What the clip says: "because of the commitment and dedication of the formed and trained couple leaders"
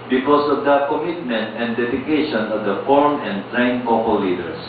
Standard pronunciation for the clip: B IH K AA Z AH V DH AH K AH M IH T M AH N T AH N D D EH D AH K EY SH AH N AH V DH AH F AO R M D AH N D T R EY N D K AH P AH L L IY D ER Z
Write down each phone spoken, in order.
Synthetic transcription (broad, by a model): B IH K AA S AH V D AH K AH M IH T M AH N T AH N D D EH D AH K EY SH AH N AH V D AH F AO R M AH N D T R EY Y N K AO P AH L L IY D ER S